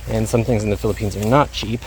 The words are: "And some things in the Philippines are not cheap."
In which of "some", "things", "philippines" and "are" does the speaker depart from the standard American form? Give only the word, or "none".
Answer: none